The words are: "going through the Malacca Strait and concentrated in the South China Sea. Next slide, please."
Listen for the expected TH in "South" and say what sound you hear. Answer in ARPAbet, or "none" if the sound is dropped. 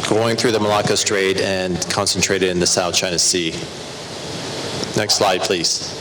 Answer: TH